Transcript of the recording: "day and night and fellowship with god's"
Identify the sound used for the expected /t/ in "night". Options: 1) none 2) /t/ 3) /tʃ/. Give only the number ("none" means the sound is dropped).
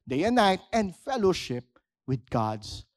2